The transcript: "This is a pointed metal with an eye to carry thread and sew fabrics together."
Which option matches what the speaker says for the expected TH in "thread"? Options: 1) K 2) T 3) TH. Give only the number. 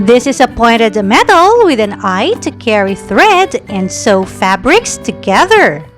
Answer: 3